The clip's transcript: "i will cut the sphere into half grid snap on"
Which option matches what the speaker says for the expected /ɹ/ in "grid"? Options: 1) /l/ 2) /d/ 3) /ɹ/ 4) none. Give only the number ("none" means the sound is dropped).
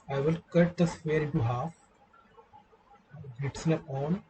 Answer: 4